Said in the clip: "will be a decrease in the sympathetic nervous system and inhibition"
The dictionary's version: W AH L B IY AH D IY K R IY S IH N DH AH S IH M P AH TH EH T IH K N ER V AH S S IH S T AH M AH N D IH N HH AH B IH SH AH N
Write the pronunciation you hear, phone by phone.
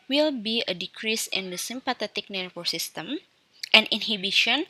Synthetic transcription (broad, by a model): W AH L B IY AH D IY K R IY S IH N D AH S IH M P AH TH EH T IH K N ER F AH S S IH S T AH M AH N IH N HH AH B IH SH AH N